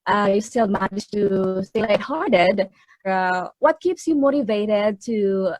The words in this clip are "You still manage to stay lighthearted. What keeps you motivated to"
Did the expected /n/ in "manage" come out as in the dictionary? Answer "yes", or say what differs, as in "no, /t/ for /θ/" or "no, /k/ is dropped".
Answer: no, /n/ is dropped